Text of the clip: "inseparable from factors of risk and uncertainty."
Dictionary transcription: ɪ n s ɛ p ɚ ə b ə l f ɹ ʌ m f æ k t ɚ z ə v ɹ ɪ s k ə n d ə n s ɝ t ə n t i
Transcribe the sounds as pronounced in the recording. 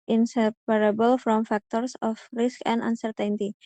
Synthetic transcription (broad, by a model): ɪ n s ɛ p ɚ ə b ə l f ɹ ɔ m f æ k t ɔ s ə f ɹ ɪ s k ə n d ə n s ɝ t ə n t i